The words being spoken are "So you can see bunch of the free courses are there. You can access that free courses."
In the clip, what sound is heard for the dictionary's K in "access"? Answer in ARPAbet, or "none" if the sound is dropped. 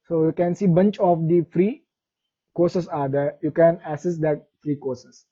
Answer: none